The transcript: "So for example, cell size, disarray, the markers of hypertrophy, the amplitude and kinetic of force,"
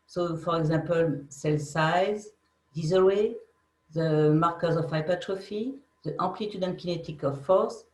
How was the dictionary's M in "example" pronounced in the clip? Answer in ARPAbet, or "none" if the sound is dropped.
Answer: none